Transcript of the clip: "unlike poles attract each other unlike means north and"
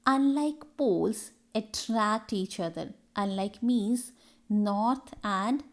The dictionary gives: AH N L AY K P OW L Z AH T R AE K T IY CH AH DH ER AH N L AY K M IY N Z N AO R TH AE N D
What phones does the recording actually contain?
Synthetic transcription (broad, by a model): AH N L AY K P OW L S AH T R AE K T IY CH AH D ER AH N L AY K M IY Z N AO R T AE N D